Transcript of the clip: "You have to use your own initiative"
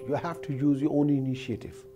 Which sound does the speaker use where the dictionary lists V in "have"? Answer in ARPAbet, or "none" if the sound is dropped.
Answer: F